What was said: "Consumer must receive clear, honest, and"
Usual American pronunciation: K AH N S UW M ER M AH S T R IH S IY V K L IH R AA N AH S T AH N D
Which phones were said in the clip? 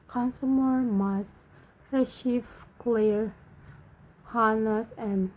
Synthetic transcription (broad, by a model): K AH N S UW M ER M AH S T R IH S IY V K L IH R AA N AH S AH N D